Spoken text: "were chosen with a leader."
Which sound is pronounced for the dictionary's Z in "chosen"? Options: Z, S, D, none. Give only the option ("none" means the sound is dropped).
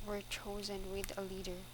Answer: Z